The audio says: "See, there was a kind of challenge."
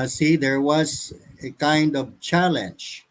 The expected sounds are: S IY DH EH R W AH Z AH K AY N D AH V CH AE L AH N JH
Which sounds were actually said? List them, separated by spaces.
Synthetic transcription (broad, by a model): S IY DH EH R W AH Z AH K AY N D AH V CH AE L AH N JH